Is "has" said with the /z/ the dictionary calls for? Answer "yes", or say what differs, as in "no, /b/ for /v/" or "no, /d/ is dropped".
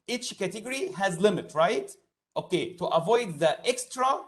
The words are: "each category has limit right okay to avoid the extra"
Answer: yes